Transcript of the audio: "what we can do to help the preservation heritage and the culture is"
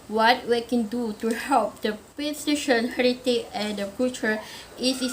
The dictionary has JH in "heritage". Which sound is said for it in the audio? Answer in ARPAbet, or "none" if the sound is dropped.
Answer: none